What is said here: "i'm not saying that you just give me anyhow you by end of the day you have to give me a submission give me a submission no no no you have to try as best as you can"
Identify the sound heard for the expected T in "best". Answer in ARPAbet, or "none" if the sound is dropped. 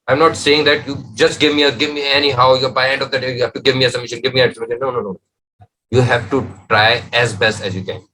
T